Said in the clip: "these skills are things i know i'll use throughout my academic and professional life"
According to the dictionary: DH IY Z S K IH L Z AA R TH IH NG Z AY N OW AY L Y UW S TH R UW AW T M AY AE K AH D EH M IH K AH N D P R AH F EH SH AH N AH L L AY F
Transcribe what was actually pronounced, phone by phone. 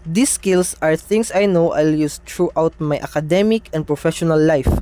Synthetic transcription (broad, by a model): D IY S K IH L S AA R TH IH NG S AY N OW AY L Y UW S T R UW AW T M AY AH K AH D EH M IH K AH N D P R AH F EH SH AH N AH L L AY F